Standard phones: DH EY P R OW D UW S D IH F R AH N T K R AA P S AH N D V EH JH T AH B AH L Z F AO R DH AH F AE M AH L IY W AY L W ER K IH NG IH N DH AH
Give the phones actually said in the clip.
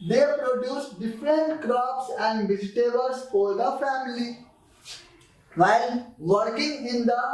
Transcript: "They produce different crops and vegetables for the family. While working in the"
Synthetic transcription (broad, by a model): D EY P R OW D UW S D IH F R AH N T K R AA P S AH N D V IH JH T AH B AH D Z F AO R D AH F AE M AH L IY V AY L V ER K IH NG IH N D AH